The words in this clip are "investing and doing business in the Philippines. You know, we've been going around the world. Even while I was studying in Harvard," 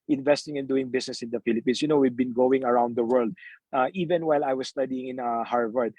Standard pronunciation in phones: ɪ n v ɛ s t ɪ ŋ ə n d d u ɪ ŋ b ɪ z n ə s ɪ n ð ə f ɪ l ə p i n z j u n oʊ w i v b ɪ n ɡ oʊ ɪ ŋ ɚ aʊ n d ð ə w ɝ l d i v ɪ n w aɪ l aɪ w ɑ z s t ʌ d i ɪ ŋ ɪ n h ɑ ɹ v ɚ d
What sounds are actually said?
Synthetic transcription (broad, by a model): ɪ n v ɛ s t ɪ ŋ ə n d d u ɪ ŋ b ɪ s n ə s ɪ n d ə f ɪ l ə p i n s j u n oʊ w i v b ɪ n ɡ oʊ ɪ ŋ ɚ aʊ n d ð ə w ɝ l d i v ɪ n w aɪ l aɪ w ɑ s s t ʌ d i ɪ ŋ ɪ n h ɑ ɹ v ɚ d